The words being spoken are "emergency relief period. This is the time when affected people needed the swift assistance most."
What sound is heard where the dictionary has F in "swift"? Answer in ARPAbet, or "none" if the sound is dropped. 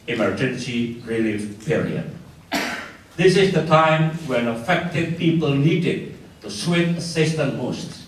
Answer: none